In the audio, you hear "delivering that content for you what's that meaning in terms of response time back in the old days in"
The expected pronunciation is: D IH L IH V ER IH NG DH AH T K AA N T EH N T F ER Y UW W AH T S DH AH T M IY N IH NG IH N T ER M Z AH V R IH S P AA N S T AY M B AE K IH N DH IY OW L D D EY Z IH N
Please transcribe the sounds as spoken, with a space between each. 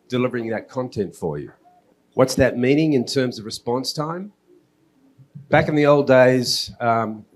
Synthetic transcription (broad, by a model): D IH L IH V ER IH NG DH AH T K AA N T EH N T F ER Y UW W AH T S DH AH T M IY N IH NG IH N T ER M Z AH V R IH S P AA N S T AY M B AE K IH N DH IY OW L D D EY IH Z